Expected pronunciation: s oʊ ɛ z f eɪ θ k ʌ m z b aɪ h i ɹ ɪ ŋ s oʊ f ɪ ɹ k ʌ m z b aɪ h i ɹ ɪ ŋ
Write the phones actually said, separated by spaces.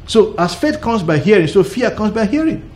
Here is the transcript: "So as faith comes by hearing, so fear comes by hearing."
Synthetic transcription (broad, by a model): s oʊ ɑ s f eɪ t k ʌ m s b aɪ h i ɹ ɪ ŋ s oʊ f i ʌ k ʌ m s b aɪ h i ɹ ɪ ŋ